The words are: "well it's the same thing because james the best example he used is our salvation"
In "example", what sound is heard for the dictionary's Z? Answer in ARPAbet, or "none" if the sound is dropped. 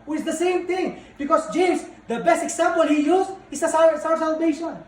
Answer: S